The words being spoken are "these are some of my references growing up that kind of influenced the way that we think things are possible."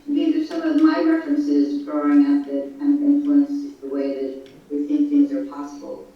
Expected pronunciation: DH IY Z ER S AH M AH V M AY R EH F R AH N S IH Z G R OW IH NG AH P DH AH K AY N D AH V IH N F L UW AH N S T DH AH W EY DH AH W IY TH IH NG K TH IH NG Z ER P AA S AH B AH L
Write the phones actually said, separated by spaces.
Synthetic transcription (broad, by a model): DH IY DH ER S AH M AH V M AY R EH F R AH N S IH Z G R OW IH NG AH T DH AH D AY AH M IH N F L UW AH N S DH AH W EY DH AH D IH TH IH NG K TH IH NG Z ER P AA S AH B L